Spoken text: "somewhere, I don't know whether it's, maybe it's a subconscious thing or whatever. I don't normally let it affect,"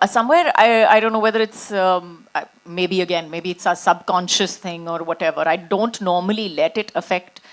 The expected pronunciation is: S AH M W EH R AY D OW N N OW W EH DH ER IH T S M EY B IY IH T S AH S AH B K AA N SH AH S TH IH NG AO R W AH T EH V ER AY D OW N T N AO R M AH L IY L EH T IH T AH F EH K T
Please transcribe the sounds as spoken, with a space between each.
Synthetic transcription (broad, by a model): S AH M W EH R AY D OW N N OW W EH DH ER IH T S M EY B IY IH T S AH S AH B K AA N SH AH S T IH NG AO R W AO T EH V ER AY D OW N T N AO R M AH L IY L EH T IH T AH F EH K T